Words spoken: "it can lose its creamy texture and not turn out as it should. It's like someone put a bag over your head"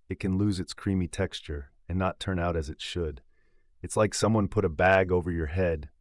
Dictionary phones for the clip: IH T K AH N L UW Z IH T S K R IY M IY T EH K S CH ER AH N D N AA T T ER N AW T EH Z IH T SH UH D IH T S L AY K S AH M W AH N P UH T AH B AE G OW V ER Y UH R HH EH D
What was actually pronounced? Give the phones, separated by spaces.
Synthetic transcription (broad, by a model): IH T K AH N L UW Z IH T S K R IY M IY T EH K S CH ER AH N N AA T T ER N AW T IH Z IH T SH UH D IH T S L AY K S AH M W AH N P UH T AH B AE G OW V ER Y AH R HH EH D